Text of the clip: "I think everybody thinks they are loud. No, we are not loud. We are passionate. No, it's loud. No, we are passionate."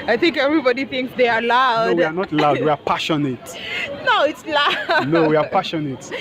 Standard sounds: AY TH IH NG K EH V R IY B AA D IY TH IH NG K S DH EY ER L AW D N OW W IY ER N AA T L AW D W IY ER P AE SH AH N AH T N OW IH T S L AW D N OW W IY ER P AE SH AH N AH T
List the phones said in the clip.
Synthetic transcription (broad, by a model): AY TH IH NG K EH V R IY B AA D IY TH IH NG K S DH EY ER L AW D W IY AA N AA T L AW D W IY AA P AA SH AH N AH T N OW IH T S L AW N OW W IY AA P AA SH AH N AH T